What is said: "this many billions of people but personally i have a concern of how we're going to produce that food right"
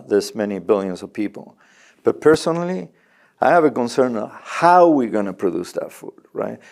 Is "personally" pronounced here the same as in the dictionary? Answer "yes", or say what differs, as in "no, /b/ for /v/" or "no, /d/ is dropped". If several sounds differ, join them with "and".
yes